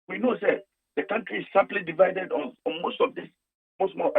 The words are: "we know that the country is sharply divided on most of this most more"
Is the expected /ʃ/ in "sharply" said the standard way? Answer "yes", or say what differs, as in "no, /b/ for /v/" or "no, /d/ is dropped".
no, /s/ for /ʃ/